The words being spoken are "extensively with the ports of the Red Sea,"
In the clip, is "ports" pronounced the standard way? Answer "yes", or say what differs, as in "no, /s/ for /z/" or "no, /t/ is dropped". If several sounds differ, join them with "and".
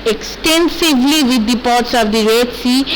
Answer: yes